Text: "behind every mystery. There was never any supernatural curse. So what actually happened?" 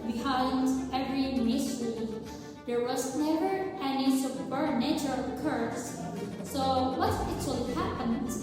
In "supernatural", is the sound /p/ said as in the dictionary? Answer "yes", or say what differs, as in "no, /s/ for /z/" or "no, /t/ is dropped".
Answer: no, /b/ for /p/